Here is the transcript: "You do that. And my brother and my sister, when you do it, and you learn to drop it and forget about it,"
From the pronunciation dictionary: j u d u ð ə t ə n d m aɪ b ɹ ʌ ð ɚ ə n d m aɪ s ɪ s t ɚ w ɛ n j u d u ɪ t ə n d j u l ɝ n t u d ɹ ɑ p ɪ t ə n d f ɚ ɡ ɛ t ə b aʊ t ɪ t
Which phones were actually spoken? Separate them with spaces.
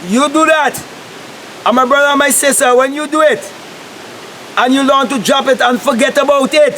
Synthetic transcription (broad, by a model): j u d u ð ə t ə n m aɪ b ɹ ʌ ð ɚ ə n m aɪ s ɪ s t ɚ w ɛ n j u d u ɪ t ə n j u l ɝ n t u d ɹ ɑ p ɪ t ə n f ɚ ɡ ɛ t ə b aʊ t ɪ t